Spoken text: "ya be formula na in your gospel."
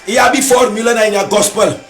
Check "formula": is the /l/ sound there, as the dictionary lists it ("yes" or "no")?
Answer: yes